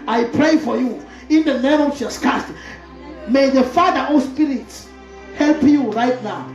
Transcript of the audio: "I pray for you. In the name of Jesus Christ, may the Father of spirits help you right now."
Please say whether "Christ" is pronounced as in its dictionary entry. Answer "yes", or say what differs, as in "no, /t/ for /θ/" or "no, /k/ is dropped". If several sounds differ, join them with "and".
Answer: no, /ɹ/ is dropped